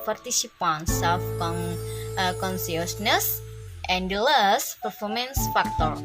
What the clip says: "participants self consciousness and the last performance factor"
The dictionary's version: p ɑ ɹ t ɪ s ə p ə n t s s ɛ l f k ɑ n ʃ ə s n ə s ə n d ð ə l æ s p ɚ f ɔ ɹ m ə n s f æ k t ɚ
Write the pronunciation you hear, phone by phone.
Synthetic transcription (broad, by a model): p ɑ ɹ t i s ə p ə n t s s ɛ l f k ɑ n s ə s n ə s ə n d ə l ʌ s p ɚ f ɔ ɹ m ə n s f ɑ k t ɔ